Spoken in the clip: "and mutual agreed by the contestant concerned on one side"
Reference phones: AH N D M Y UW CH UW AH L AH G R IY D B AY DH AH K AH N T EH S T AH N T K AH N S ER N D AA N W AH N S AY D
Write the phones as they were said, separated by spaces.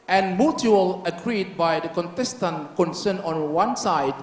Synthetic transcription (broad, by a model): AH N M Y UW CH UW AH L AH G R IY D B AY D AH K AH N T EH S T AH N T K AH N S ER N AA N W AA N S AY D